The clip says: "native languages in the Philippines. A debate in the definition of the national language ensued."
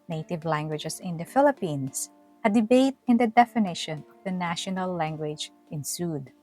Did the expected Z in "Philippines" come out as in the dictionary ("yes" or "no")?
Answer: no